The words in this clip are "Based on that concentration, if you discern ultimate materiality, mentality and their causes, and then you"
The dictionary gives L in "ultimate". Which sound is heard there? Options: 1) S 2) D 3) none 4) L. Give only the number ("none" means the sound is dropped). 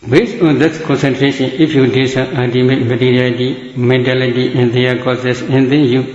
3